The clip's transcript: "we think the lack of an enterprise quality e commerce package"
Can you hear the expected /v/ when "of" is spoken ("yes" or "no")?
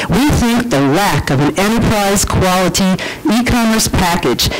yes